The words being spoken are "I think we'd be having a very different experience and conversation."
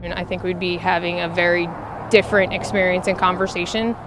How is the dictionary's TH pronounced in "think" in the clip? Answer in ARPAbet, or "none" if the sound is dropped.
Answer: TH